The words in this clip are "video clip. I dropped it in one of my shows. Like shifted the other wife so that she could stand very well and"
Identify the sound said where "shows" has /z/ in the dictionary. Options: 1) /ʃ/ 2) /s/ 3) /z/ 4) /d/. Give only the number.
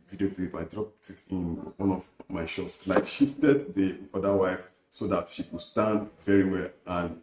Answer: 2